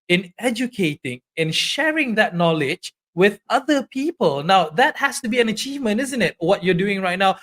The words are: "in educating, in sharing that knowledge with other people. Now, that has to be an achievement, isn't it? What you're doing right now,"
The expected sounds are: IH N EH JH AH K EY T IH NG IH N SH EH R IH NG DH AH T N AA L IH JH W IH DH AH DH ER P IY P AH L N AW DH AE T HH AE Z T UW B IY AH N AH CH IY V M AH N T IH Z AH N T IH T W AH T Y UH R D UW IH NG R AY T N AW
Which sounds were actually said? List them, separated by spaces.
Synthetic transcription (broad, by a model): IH N EH JH AH K EY T IH NG IH N SH EH R IH NG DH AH T N AA L IH JH W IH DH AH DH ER P IY P AH L N AW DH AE T HH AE S T UW B IY AH N AH CH IY V M AH N T IH Z AH N T IH T W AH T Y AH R D UW IH NG R AY T N AW